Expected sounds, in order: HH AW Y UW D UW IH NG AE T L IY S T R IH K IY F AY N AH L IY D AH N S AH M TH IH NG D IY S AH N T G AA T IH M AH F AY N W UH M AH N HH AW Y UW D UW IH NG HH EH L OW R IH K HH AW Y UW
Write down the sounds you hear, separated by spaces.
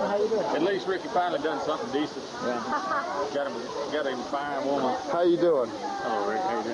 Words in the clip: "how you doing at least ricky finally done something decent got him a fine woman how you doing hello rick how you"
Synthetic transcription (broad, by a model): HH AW Y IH D UW IH NG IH T L IY S T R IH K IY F AY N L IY D AH N S AH M TH IH NG D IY S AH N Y G AA T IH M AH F AY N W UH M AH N HH AW Y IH D UW IH NG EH UH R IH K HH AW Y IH